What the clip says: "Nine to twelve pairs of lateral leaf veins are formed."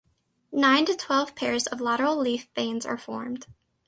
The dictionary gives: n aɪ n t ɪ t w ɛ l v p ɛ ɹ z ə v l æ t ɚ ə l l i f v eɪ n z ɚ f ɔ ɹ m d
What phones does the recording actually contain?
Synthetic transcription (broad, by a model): n aɪ n t ɪ t w ɛ l v p ɛ ɹ z ə v l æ t ɚ l l i f b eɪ n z ɚ f ɔ ɹ m d